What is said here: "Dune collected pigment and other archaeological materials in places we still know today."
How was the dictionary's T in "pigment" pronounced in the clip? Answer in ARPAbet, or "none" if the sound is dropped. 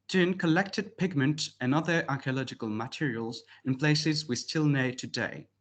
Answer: T